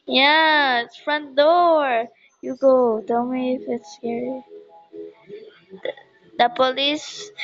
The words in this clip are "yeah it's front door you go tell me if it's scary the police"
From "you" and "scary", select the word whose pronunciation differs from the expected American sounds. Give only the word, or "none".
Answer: scary